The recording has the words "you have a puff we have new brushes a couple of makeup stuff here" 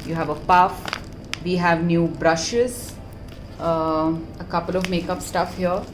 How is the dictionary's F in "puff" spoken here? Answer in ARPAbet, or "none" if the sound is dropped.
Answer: F